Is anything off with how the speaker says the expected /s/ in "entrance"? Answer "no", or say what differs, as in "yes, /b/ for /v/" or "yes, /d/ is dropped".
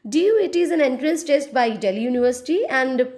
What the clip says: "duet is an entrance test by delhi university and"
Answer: no